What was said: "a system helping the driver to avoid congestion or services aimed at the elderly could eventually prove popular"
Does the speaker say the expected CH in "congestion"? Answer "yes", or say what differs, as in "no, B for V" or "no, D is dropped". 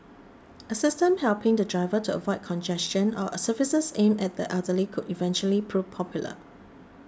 yes